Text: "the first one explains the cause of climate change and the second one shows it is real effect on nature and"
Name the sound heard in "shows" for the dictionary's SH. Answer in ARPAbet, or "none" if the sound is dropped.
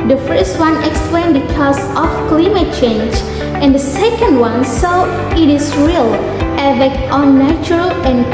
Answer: S